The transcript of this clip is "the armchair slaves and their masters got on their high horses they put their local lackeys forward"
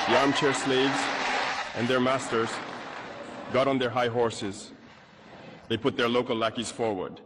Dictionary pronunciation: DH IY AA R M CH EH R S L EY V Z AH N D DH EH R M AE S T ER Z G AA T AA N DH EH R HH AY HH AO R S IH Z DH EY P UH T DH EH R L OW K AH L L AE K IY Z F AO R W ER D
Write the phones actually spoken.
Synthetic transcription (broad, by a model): DH IY AA R M CH EH R S L EY V Z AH N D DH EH R M AE S T ER Z G AA T N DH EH R HH AY HH AO R S IH Z DH EY P UH T DH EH R L OW K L L AE K IY Z F AO R W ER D